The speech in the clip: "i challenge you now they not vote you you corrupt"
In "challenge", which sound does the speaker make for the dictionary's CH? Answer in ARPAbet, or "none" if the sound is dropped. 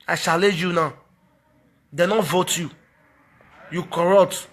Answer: SH